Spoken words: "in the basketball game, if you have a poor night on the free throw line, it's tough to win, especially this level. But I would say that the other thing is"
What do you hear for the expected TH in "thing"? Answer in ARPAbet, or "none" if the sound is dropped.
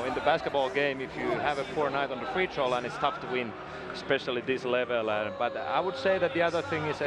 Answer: TH